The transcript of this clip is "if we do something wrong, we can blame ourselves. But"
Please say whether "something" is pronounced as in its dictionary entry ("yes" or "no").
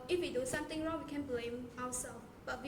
no